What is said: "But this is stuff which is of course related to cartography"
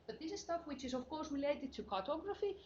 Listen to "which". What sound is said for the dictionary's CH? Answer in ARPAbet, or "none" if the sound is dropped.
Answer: CH